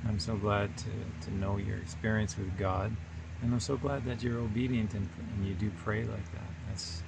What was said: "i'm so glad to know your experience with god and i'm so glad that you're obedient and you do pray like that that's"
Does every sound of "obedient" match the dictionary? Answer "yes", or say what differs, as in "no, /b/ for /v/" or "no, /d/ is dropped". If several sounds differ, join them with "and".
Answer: yes